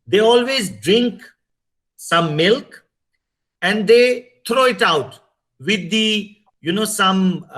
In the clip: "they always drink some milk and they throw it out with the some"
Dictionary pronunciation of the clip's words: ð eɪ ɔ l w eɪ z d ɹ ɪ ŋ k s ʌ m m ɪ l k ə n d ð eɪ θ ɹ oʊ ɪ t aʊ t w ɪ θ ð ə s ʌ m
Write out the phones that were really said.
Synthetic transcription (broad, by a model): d eɪ ɔ l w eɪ z d ɹ ɪ ŋ k s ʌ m m ɪ l k ə n d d eɪ t ɹ oʊ ɪ t aʊ t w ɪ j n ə s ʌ m